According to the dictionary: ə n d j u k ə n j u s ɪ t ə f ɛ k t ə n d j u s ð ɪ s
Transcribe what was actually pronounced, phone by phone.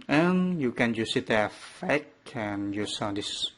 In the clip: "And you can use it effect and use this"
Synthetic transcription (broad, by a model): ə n j u k ə n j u s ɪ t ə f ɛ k ə n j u s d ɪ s